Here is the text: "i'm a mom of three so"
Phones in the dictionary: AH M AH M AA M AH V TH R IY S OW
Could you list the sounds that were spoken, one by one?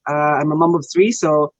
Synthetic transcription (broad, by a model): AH M AH M AA M AH V TH R IY S OW